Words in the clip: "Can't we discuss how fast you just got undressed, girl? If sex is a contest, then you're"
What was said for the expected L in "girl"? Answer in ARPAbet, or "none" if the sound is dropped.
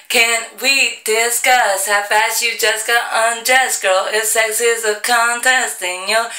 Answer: L